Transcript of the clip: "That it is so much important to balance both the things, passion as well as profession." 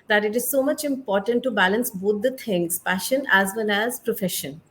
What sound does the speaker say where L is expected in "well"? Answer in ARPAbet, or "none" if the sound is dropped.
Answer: N